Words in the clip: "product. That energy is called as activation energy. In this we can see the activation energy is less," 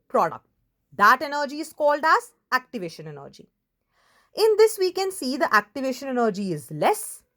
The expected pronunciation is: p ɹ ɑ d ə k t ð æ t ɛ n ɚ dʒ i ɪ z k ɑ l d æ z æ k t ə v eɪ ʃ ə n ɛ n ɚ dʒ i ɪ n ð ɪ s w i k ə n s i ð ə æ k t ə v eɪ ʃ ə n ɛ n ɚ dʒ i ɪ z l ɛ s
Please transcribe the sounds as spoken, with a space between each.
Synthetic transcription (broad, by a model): p ɹ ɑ d ə k t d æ t ɛ n ɚ dʒ i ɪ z k ɑ l d æ z æ k t ə v eɪ ʃ ə n ɛ n ɚ dʒ i ɪ n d ɪ s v i k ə n s i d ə æ k t ə v eɪ ʃ ə n ɛ n ɚ dʒ i ɪ z l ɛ s